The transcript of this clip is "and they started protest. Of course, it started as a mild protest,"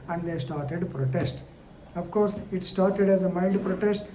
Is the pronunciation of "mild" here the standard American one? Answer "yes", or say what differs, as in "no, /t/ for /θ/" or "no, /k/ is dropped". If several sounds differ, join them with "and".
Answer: no, /n/ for /l/